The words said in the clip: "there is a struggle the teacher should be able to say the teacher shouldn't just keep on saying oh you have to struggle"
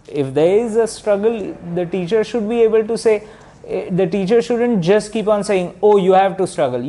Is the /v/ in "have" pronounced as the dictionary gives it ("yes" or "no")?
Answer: yes